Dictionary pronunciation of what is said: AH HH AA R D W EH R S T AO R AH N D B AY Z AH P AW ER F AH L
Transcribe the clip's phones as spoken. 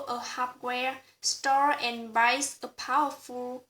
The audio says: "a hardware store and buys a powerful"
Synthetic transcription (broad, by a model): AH HH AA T W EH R S T AO R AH N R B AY S AH P AW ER F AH L